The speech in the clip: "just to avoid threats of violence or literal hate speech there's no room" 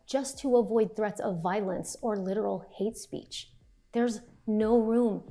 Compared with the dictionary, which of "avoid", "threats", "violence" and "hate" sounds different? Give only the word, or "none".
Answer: none